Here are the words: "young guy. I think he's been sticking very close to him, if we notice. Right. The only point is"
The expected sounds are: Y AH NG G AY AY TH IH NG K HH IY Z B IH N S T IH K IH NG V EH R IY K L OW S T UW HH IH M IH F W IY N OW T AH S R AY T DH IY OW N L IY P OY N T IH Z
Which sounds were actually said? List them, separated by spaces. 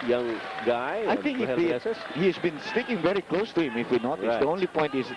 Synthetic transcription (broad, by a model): Y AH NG G AY AY T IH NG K HH IY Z B IH N S T IH K IH NG V EH R IY K L OW S T UW HH IH M IH F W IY N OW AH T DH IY OW N L IY P OY N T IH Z